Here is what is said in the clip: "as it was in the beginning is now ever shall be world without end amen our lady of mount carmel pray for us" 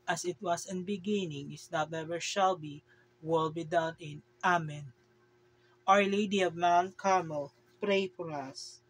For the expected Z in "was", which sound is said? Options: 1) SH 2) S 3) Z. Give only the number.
2